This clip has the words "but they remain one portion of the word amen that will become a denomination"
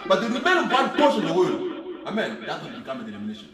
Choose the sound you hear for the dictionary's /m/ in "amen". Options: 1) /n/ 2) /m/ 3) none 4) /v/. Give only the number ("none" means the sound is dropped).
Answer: 2